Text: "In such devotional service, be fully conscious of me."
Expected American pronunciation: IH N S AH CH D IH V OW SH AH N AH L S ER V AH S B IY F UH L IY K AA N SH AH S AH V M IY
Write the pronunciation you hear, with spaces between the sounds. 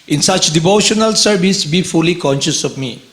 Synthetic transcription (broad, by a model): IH N S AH CH D IH V OW SH AH N AH L S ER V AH S B IY F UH L IY K AA N SH AH S AH V M IY